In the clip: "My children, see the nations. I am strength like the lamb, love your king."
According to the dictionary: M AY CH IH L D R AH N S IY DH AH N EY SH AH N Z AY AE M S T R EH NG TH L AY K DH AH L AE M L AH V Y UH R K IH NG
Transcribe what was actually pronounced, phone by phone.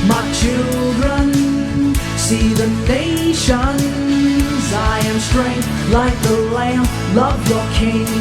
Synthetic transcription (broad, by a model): M AY CH IH L D R AH N S IY DH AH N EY SH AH N Z AY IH M S T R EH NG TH L AY K DH AH L AE M L AH V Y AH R K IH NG